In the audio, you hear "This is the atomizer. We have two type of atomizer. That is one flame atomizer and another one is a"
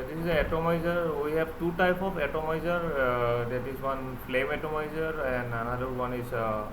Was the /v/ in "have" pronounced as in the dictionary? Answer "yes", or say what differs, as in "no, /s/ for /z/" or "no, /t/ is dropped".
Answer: no, /b/ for /v/